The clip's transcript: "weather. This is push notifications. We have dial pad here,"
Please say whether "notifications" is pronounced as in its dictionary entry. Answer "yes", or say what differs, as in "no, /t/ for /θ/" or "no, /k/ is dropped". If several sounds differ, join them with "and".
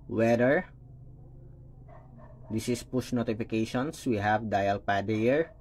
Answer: no, /s/ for /z/